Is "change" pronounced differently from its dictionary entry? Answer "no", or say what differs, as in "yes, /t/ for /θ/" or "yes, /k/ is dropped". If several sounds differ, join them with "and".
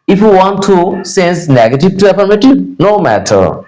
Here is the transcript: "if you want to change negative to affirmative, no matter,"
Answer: yes, /s/ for /tʃ/